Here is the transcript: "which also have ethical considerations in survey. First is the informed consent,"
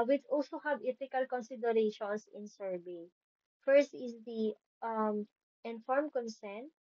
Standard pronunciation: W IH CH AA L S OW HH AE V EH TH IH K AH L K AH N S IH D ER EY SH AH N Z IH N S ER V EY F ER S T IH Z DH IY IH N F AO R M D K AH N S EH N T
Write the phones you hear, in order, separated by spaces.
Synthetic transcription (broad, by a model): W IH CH AA L S OW HH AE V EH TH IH K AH L K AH N S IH D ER EY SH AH N S IH N S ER B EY F ER S T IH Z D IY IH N F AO R M K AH N S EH N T